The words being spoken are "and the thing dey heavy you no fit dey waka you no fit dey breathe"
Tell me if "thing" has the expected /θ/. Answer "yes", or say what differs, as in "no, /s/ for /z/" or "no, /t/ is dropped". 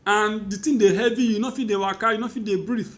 no, /t/ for /θ/